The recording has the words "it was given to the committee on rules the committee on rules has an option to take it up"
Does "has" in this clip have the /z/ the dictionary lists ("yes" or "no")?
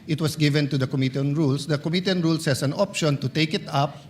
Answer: no